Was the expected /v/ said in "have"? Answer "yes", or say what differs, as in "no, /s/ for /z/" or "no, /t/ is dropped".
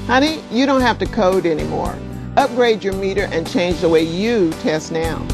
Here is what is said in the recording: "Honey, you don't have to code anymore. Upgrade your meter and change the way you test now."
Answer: no, /f/ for /v/